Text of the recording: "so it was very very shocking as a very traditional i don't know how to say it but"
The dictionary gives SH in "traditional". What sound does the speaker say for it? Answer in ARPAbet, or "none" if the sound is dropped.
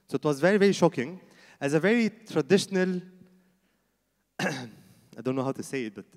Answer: SH